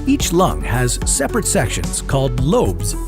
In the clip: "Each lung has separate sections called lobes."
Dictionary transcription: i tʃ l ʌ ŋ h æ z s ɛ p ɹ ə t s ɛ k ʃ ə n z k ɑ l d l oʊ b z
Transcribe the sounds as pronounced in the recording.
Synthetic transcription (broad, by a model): i tʃ l ʌ ŋ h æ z s ɛ p ɹ ə t s ɛ k ʃ ə n z k ɑ l d l oʊ b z